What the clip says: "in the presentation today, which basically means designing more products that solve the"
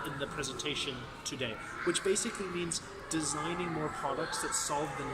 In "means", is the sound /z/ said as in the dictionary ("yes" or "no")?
yes